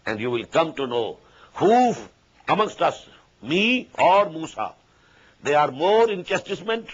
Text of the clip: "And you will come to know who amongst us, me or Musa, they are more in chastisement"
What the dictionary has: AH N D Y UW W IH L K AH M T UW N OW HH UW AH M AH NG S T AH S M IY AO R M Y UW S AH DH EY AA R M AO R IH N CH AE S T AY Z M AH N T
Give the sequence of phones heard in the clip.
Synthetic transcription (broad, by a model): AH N D Y UW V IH L K AH M T UW N OW HH UW AH M AH NG S T AH S M IY AO R M UW S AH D EY AA R M AO R IH N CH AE S T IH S M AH N T